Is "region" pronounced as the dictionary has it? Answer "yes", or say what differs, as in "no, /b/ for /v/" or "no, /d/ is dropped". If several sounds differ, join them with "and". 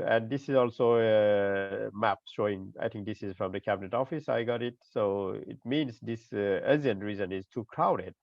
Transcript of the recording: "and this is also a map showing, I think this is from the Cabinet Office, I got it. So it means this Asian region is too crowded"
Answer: no, /z/ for /dʒ/